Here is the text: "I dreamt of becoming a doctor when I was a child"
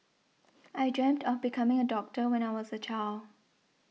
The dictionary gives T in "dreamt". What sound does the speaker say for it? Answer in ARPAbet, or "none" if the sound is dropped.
T